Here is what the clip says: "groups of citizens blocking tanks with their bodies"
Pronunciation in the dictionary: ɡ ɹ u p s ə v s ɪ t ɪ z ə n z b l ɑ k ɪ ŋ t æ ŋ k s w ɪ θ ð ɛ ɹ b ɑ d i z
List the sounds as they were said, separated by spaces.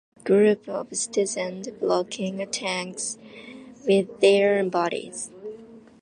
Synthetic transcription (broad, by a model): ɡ ɹ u p ə v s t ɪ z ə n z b l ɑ k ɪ ŋ t æ ŋ k s w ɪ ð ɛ ɹ b ɑ d i z